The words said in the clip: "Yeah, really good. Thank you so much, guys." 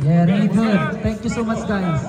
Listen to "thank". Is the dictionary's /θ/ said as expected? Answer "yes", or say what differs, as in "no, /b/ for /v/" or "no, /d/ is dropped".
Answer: no, /t/ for /θ/